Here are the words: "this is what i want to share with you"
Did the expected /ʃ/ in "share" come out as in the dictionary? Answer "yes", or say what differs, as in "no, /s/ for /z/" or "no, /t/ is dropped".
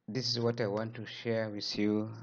yes